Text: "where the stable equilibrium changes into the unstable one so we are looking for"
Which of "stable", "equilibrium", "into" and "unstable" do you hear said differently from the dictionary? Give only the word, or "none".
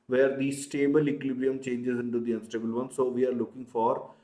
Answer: equilibrium